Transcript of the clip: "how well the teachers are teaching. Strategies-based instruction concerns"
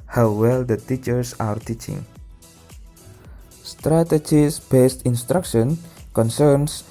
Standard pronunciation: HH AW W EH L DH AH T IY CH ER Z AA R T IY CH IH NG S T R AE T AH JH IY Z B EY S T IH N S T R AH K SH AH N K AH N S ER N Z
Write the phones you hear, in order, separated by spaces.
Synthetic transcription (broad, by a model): HH AW W EH L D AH T IY CH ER S AA R T IY CH IH NG S T R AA T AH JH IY S B EY S T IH N S T R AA K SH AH N K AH N S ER N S